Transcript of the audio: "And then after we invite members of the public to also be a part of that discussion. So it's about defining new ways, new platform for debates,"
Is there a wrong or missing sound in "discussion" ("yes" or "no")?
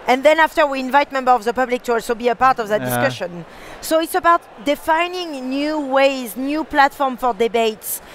no